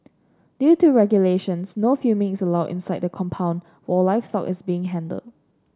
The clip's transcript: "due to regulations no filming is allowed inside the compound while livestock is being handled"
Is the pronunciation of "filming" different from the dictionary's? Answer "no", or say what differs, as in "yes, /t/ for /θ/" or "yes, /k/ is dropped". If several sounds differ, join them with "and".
yes, /l/ is dropped